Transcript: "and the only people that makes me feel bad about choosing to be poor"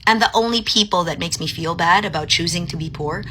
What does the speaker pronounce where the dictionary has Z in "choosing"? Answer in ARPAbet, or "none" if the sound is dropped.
Z